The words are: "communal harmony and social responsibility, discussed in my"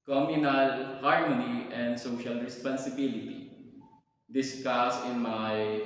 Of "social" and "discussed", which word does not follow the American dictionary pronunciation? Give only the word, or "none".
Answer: discussed